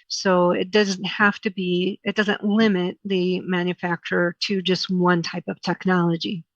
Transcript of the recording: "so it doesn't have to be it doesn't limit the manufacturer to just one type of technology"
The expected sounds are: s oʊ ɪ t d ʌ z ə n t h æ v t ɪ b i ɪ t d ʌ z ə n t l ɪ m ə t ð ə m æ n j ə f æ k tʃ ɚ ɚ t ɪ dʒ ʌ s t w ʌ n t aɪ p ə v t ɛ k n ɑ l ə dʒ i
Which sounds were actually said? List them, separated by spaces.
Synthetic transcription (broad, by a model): s oʊ ɪ t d ʌ z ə n t h æ f t ɪ b i ɪ t d ʌ z ə n t l ɪ m ə t ð ə m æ n j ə f æ k tʃ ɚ ɚ t ɪ dʒ ʌ s t w ʌ n t aɪ p ə v t ɛ k n ɑ l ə dʒ i